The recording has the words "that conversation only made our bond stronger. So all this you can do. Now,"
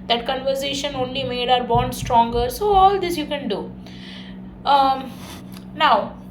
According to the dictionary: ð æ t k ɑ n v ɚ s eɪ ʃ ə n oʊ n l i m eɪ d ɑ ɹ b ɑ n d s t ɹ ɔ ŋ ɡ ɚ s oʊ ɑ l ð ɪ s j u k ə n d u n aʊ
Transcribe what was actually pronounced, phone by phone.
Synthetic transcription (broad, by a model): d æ t k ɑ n v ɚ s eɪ ʃ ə n oʊ n l i m eɪ d ɑ ɹ b ɑ n d s t ɹ ɔ ŋ ɡ ɚ s oʊ ɑ l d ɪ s j u k ə n d u n aʊ